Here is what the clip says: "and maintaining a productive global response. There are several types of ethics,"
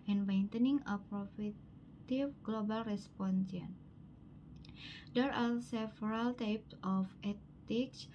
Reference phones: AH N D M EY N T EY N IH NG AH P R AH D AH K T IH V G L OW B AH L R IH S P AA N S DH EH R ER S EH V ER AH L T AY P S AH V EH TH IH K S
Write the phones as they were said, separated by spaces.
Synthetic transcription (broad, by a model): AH N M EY N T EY N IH NG AH P R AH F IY T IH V G L OW B AH L R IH S P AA N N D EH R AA S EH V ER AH L T AY P S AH F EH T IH K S